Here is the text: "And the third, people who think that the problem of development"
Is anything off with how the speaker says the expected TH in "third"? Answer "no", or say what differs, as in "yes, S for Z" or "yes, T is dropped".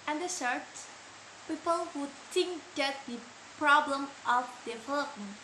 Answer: yes, S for TH